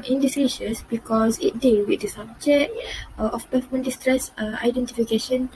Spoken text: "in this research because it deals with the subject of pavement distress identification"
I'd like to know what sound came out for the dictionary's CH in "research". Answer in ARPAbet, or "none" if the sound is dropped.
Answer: S